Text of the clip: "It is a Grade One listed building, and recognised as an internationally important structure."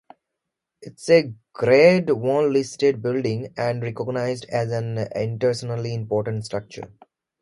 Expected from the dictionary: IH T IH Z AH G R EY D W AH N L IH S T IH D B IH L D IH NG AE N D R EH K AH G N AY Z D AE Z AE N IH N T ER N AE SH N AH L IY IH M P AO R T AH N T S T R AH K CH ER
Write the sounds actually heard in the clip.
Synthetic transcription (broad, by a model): IH T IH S AH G R EY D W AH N L IH S T IH D B IH L D IH NG AE N D R EH K AH G N AY Z D AE Z AE N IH N T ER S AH N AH L IY IH M P AO R T AH N T S T R AH K CH ER